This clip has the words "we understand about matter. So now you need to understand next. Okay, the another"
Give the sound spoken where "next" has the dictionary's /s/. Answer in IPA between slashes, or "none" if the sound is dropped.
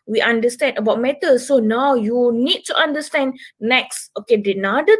/s/